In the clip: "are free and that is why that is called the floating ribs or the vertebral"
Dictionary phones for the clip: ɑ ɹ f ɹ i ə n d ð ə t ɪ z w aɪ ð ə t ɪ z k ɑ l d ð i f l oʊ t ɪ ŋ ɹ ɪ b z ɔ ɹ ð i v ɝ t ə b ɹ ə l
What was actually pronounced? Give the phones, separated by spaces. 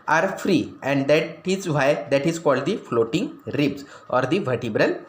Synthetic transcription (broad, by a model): ɑ ɹ f ɹ i ə n d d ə t ɪ z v aɪ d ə t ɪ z k ɑ l d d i f l oʊ t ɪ ŋ ɹ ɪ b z ɔ ɹ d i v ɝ t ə b ɹ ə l